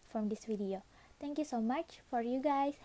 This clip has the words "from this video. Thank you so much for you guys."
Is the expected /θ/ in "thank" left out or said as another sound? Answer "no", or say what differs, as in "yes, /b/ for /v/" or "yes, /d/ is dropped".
yes, /t/ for /θ/